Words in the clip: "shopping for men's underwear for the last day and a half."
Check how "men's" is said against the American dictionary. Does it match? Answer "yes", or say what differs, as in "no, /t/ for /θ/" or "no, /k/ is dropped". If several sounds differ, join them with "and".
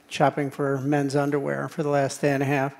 yes